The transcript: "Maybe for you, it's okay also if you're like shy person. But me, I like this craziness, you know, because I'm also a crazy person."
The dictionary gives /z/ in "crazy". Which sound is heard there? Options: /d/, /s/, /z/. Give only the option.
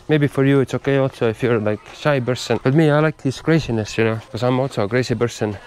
/s/